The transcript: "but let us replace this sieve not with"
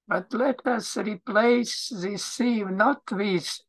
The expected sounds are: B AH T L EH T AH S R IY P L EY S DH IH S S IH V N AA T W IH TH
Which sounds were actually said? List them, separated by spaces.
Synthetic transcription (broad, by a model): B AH T L EH T AH S R IY P L EY S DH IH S S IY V N AA T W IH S